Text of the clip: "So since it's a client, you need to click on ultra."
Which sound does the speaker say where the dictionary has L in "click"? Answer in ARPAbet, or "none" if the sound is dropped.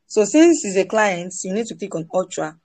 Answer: none